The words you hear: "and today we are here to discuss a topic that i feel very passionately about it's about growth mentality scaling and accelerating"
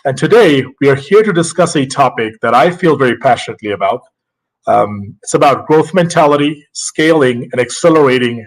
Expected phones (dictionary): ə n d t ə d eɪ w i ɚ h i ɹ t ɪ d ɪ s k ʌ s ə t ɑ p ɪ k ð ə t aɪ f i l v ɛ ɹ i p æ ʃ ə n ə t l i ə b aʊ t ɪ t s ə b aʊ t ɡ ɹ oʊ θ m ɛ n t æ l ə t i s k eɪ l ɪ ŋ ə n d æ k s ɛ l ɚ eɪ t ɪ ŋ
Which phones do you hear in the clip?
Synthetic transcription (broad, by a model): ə n t ə d eɪ w i ɚ h i ɹ t ɪ d ɪ s k ʌ s ə t ɑ p ɪ k ð ə t aɪ f i l v ɛ ɹ i p æ ʃ ə n ə t l i ə b aʊ t ɪ t s ə b aʊ t ɡ ɹ oʊ θ m ɛ n t æ l ə t i s k eɪ l ɪ ŋ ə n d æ k s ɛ l ɚ eɪ t ɪ ŋ